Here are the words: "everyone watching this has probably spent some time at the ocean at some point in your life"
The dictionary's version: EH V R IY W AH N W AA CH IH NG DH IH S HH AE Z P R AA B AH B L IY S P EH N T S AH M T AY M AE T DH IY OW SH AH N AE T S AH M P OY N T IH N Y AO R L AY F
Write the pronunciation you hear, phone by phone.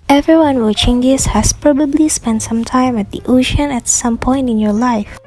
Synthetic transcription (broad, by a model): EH V R IY W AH N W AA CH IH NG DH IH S HH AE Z P R AA B AH B L IY S P EH N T S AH M T AY M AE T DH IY OW SH AH N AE T S AH M P OY N T IH N Y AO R L AY F